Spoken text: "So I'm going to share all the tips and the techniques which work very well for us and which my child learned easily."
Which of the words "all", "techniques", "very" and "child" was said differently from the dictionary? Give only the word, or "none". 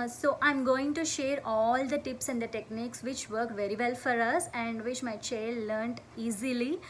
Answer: none